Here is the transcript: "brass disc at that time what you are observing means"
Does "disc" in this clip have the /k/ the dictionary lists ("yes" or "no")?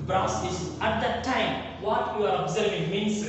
no